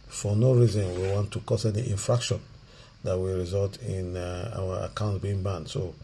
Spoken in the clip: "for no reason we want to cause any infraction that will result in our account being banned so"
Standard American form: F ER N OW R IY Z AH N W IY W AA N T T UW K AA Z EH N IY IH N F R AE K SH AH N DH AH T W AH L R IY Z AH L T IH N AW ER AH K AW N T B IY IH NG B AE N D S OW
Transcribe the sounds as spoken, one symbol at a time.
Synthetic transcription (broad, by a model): F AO N OW R IY Z AH N W IY W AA N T T UW K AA S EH N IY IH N F R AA K SH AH N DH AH T W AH R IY Z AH L T IH N AW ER AH K AW N T B IY IH NG B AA N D S OW